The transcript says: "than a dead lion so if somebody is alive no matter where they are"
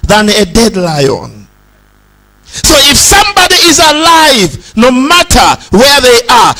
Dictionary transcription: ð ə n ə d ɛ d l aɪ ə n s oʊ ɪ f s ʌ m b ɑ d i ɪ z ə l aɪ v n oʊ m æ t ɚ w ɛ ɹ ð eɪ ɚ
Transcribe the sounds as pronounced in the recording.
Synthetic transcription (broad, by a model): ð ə n ə d ɛ d l aɪ ə n s oʊ ɪ f s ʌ m b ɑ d i ɪ z ə l aɪ v n oʊ m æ t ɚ w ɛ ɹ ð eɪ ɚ